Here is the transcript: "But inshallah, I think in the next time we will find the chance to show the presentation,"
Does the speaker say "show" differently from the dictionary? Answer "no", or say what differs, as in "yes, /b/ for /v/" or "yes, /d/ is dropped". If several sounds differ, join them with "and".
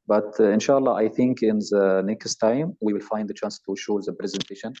no